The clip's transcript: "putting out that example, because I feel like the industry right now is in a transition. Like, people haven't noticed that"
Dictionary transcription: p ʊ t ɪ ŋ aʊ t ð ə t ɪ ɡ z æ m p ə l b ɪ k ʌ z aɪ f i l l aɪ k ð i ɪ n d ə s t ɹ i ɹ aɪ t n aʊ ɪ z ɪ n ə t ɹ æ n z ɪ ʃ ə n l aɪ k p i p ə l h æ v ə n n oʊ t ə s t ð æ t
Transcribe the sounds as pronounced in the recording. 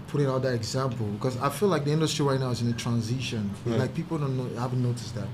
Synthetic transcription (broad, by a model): p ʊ t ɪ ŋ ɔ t ð ə t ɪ ɡ z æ m p l b ɪ k ʌ z aɪ f i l l aɪ k ð i ɪ n d ə s t ɹ i ɹ aɪ t n aʊ ɪ z ɪ n ə t ɹ æ n z ɪ ʃ ə n l aɪ k p i p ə n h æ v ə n n oʊ t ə s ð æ t